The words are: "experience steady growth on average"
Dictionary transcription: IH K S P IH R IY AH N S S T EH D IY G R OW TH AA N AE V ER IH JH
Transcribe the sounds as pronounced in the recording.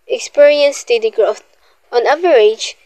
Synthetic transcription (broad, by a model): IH K S P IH R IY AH N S S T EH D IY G R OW T AA N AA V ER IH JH